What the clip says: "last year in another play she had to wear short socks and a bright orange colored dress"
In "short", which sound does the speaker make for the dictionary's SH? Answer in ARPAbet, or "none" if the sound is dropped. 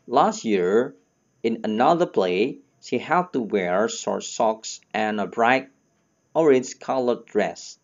S